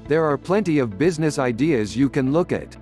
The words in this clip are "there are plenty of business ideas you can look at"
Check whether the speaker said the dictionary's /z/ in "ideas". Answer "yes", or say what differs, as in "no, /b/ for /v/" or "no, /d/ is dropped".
yes